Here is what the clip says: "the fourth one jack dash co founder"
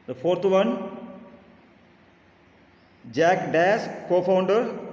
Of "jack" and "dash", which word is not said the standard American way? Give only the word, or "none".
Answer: dash